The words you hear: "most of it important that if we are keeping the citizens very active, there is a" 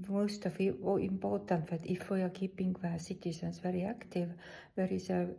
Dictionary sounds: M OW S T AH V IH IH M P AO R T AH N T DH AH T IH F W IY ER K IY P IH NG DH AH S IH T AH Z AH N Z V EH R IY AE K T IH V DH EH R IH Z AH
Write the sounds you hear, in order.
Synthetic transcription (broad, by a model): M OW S T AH F IH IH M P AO T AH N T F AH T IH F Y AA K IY P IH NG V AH S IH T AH S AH N S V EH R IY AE K T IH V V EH R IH S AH